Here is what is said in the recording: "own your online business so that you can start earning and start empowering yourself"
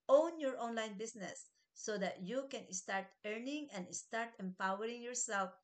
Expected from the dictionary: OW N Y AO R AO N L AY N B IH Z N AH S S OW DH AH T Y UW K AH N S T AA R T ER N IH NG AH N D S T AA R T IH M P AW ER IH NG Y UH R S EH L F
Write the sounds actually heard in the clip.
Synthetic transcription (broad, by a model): OW N Y AO R AO N L AY N B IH S N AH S S OW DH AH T Y UW K AH N S T AA R T ER N IH NG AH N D S T AA R T IH M P AW ER IH NG Y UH R S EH L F